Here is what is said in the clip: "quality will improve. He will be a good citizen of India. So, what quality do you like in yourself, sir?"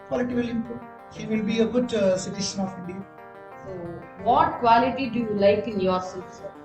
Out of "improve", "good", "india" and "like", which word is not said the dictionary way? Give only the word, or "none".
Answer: improve